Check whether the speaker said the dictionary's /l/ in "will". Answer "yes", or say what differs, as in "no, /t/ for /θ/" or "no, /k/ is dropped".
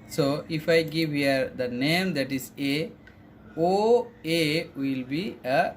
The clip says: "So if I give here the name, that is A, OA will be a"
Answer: yes